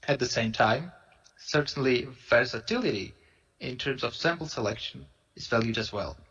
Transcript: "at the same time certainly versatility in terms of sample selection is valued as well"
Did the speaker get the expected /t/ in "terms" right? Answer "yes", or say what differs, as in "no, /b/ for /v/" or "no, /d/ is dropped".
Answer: yes